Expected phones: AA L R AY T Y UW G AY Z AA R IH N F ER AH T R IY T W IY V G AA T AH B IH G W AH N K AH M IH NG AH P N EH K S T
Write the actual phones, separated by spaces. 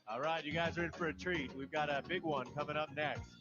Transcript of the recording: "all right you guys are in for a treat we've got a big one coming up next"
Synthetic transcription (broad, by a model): AA L R AY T Y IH G AY Z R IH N F ER AH T R IY T W IY V G AA T AH B IH G W AH N K AH M IH NG AH P N EH K S T